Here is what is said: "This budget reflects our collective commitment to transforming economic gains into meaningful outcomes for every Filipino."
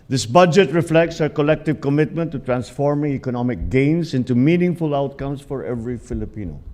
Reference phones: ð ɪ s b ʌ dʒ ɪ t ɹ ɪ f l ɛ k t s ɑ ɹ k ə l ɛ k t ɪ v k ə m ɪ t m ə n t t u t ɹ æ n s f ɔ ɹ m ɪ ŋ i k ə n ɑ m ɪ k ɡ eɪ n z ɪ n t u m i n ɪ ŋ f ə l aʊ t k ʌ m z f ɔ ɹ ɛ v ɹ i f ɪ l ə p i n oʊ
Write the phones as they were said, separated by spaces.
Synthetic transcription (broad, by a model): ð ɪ s b ʌ dʒ ɪ t ɹ ɪ f l ɛ k t s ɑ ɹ k ə l ɛ k t ɪ v k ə m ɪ t m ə n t t u t ɹ æ n s f ɔ ɹ m ɪ ŋ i k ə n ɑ m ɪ k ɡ eɪ n s ɪ n t u m i n ɪ ŋ f ə l aʊ t k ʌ m s f ɔ ɹ ɛ v ɹ i f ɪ l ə p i n oʊ